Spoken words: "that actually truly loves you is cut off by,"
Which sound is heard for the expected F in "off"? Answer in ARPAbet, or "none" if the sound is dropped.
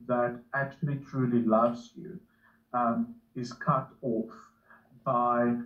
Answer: F